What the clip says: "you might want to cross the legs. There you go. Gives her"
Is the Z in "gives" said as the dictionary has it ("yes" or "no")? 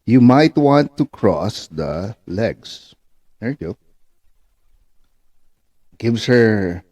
no